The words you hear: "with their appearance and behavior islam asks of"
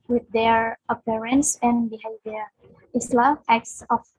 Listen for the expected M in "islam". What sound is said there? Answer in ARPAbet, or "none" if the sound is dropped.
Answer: none